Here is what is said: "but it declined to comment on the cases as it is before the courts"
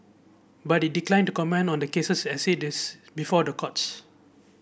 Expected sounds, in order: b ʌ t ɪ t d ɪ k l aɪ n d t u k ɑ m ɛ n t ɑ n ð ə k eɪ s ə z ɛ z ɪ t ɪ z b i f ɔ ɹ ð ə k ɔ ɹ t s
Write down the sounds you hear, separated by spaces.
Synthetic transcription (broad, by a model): b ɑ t ɪ t d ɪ k l aɪ n t u k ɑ m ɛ n ɑ n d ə k eɪ s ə s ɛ s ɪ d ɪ s b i f ɔ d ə k ɔ t s